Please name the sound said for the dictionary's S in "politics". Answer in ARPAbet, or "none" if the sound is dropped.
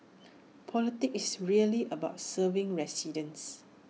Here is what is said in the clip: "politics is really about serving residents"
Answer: none